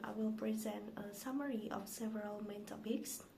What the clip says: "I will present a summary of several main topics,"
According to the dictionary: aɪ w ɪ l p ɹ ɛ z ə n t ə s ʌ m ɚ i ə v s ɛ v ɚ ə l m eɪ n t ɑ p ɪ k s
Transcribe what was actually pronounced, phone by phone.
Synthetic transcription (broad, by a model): aɪ w ɪ l p ɹ ɛ z ə n t ə s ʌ m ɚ i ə f s ɛ v ɚ ə l m eɪ n t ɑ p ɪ k s